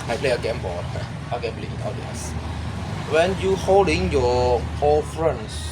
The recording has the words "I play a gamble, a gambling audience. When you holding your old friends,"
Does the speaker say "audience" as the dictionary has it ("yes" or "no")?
no